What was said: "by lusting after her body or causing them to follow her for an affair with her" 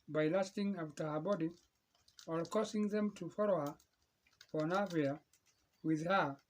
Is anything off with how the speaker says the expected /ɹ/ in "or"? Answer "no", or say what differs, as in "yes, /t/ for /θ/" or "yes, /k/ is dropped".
yes, /l/ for /ɹ/